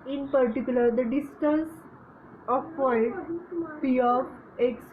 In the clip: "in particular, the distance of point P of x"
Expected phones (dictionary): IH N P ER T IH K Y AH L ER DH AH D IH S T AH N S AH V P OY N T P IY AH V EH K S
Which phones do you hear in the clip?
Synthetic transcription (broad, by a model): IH N P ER T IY K Y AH L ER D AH D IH S T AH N S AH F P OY T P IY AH P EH K S